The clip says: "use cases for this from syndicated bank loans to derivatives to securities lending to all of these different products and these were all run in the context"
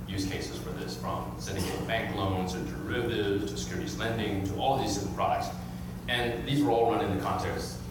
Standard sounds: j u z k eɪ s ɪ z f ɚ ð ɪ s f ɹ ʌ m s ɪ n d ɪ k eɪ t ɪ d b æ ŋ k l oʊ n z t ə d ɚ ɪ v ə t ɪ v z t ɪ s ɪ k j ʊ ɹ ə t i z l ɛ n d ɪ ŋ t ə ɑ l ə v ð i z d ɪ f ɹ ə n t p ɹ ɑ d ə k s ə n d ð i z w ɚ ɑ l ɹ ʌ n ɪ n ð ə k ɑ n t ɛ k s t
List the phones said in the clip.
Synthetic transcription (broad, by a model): j u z k eɪ s ɪ z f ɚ ð ɪ s f ɹ ʌ m s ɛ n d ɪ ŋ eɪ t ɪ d b æ ŋ k l oʊ n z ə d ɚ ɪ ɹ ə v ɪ z t ɪ s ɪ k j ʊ ɹ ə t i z l ɛ n d ɪ ŋ t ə ɑ l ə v ð i z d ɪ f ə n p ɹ ɑ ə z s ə n ð i z w ɚ ɑ l ɹ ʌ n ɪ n ð ə k ɑ n t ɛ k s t